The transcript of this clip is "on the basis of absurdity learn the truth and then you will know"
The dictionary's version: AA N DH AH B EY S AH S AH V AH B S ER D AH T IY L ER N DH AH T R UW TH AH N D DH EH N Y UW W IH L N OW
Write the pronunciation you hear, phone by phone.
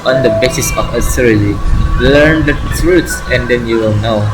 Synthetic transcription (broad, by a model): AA N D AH B EY S AH S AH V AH S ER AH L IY L ER N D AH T R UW S AH N D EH N Y UW W IH L N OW